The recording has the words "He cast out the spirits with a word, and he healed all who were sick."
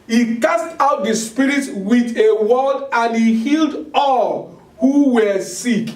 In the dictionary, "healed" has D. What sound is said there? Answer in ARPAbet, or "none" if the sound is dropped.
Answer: D